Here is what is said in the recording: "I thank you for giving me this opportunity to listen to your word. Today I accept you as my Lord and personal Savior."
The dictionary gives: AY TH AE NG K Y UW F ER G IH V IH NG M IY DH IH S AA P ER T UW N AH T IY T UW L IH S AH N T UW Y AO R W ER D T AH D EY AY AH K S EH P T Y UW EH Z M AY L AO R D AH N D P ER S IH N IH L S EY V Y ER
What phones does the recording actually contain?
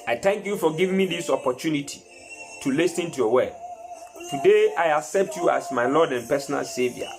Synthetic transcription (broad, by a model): AY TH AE NG K Y UW F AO G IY V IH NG M IY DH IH S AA P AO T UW N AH T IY T UW L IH S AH N T UW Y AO W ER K T AH D EY AY AH K S EH P T Y UW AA S M AY L AO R D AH N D P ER S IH N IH L S EY V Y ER